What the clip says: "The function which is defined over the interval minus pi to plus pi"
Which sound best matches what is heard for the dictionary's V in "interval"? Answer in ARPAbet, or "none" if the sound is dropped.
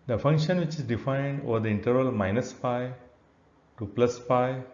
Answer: none